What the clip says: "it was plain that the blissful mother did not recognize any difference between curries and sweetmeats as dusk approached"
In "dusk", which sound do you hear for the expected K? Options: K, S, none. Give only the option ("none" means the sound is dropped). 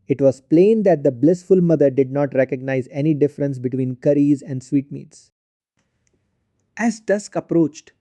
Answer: K